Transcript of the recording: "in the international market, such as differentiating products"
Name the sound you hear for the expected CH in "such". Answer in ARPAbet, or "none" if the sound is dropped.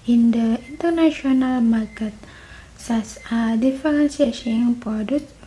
S